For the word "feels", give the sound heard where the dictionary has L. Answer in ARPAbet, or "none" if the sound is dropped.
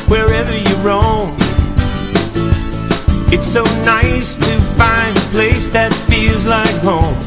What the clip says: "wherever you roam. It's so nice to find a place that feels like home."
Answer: L